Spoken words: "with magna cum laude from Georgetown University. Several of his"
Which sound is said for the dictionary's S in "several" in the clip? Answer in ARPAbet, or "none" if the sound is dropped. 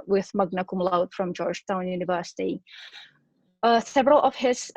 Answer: TH